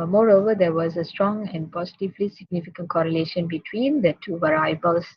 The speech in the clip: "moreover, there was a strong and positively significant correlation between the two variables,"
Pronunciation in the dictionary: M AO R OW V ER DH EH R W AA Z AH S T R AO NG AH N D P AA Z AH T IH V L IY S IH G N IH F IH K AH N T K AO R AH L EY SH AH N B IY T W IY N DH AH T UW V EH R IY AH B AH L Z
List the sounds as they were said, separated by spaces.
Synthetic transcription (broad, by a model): M AO R OW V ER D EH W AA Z AH S T R AO NG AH N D P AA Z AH T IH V L IY S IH G N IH F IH K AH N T K AO R AH L EY SH AH N B IY T W IY N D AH T UW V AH R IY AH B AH L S